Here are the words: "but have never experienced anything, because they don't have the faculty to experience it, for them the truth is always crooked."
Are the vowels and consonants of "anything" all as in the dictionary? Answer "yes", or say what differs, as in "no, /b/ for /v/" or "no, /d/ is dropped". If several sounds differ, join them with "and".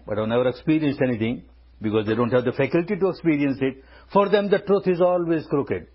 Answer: no, /t/ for /θ/